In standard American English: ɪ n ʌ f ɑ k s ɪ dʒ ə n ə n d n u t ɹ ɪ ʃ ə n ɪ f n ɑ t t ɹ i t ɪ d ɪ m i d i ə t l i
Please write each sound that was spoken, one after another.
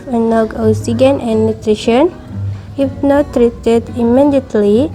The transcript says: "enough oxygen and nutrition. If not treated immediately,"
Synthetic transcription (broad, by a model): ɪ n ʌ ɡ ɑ s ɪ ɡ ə n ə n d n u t ɹ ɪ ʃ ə n ɪ f n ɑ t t ɹ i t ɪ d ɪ m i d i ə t l i